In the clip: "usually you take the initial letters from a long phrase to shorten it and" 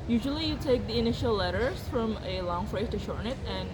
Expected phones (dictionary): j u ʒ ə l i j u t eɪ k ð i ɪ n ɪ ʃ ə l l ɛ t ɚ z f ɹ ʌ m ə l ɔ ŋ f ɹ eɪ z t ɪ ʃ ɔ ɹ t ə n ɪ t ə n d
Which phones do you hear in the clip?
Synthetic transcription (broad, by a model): j u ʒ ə l i j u t eɪ k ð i ɪ n ɪ ʃ ə l l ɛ t ɚ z f ɹ ʌ m ə l ɔ ŋ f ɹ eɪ t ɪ ʃ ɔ ɹ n ɪ t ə n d